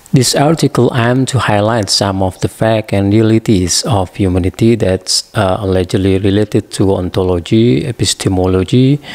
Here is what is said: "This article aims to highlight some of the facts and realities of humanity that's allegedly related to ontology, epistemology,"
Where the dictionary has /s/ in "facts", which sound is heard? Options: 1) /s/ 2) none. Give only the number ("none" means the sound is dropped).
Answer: 2